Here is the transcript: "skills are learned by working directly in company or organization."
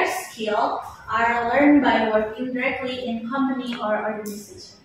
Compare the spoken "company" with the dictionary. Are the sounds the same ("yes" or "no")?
no